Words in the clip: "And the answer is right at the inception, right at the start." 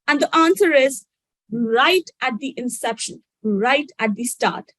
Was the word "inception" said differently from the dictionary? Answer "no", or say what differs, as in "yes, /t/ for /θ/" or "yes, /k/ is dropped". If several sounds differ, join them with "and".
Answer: no